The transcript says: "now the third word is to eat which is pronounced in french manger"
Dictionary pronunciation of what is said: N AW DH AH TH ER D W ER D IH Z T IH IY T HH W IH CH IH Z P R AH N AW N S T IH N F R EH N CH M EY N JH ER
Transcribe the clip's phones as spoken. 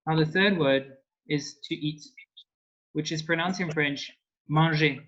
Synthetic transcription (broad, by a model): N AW DH AH TH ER D W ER D IH Z T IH IY T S W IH CH IH Z P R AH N AW N S IH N F R EH N CH M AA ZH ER